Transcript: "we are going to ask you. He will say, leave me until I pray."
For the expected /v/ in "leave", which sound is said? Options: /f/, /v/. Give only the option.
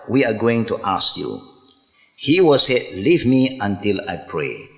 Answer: /v/